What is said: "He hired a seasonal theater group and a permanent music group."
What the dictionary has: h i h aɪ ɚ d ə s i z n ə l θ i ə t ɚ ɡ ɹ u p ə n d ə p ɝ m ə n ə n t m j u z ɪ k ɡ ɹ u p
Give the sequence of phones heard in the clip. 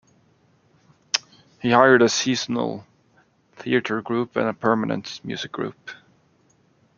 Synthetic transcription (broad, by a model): h i h aɪ ɚ d ə s i z n ə l θ i ə t ɚ ɡ ɹ u p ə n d ə p ɝ m ə n ə n t m j u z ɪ k ɡ ɹ u p